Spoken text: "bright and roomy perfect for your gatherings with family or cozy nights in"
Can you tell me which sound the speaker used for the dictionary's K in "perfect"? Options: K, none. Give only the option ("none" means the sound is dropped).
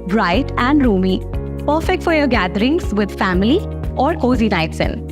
K